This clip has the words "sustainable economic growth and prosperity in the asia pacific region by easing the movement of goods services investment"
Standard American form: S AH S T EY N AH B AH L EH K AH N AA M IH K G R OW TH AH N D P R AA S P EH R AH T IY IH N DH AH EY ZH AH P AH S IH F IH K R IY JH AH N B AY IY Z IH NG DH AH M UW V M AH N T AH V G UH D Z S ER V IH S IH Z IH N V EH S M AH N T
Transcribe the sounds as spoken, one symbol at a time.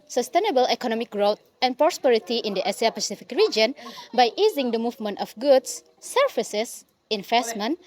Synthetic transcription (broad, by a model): S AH S T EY N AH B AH L EH K AH N AA M IH K G R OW T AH N P R AA S P EH R AH T IY IH N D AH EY S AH P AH S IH F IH K R IY JH AH N B AY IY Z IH NG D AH M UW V M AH N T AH F G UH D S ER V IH S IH S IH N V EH S M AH N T